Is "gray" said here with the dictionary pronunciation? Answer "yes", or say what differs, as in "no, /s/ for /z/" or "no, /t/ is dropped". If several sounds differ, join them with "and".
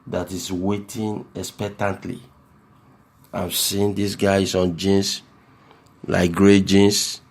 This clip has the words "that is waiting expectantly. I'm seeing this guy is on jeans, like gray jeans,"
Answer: yes